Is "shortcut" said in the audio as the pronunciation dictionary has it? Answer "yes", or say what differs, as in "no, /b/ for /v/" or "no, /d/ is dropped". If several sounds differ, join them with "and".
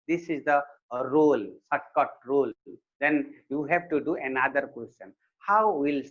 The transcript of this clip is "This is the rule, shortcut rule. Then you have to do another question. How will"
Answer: no, /s/ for /ʃ/